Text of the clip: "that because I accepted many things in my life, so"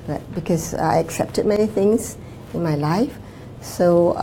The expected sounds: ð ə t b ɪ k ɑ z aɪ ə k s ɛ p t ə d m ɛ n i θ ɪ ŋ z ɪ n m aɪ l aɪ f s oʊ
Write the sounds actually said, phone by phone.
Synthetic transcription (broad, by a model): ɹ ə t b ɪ k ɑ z aɪ ə k s ɛ p t ə d m ɛ n i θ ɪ ŋ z ɪ n m aɪ l aɪ f s oʊ